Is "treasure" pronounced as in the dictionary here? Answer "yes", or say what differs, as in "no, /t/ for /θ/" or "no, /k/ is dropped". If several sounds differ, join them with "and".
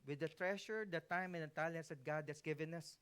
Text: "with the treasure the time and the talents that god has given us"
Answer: no, /ʃ/ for /ʒ/